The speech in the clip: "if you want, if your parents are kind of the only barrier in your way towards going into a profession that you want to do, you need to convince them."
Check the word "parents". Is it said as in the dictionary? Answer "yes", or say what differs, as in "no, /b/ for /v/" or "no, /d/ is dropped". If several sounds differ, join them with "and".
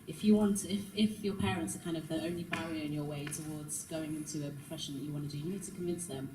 yes